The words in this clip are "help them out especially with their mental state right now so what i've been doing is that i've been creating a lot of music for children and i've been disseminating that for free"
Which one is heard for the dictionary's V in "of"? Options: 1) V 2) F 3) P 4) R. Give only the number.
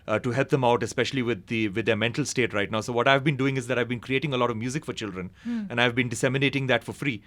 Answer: 1